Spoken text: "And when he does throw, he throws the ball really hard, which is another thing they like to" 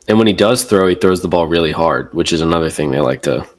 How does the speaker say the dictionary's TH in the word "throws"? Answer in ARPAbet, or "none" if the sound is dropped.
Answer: TH